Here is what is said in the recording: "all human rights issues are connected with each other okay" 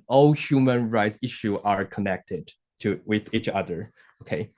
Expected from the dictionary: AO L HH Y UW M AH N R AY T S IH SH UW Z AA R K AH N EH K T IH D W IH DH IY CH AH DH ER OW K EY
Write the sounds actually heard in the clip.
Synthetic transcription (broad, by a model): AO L HH Y UW M AH N R AY T S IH SH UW AA R K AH N EH K T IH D W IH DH IY CH AH DH ER OW K EY